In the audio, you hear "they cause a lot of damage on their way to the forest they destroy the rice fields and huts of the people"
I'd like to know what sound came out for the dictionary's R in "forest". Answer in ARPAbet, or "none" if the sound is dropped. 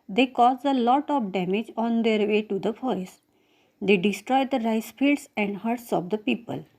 none